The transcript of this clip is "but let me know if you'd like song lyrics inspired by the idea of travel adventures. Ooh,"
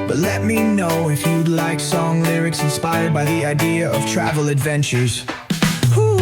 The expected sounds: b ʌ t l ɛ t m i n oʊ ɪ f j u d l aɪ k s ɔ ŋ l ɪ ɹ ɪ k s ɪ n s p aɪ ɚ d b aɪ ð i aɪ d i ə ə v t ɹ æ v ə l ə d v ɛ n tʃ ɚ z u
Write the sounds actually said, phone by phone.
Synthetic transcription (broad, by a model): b ʌ t l ɛ t m i n oʊ ɪ f j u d l aɪ k s ɔ ŋ l ɪ ɹ ɪ k s ɪ n s p aɪ ɚ d b aɪ ð i aɪ d i ə ə v t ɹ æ v l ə d v ɛ n tʃ ɚ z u